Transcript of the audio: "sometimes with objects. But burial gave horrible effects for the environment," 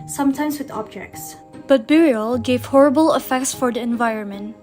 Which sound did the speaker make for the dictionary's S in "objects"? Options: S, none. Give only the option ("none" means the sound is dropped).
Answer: S